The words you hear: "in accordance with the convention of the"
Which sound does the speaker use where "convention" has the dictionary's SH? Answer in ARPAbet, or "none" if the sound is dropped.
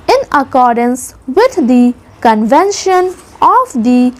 SH